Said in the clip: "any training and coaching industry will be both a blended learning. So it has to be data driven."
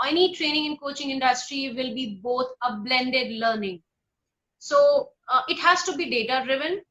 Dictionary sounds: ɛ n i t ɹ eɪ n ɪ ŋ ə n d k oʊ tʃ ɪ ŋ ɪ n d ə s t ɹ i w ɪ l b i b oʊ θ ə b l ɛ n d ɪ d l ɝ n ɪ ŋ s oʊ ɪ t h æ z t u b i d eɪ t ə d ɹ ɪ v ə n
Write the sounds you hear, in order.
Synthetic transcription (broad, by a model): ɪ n i t ɹ eɪ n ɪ ŋ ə n k oʊ tʃ ɪ ŋ ɪ n d ə s t ɹ i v ɪ l b i b oʊ t ə b l ɛ n d ɪ d l ɝ n ɪ ŋ s oʊ ɪ t h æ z t u b i d eɪ t ə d ɹ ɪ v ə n